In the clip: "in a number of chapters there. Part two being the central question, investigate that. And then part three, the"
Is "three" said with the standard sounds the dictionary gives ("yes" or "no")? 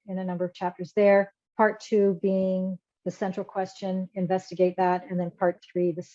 yes